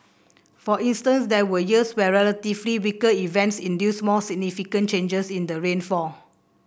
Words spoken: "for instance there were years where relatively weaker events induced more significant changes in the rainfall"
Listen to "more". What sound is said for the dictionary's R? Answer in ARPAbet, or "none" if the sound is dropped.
L